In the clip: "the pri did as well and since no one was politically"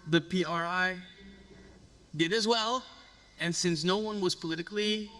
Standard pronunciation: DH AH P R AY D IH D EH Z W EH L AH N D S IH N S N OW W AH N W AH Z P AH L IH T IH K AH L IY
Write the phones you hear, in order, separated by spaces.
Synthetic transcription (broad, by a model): DH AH P R AY D IH D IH Z W EH L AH N S IH N S N OW W AH N W AH Z P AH L IH T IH K L IY